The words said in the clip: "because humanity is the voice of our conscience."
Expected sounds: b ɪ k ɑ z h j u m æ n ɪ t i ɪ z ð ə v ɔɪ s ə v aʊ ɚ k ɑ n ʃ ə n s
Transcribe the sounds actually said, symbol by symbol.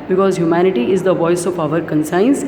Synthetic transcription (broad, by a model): b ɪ k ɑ z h j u m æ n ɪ t i ɪ z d ə v ɔɪ s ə p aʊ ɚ k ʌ n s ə n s